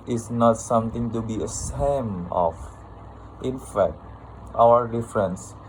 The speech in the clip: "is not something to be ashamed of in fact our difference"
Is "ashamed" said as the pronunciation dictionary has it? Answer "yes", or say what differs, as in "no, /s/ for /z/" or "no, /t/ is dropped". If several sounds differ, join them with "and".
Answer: no, /s/ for /ʃ/ and /d/ is dropped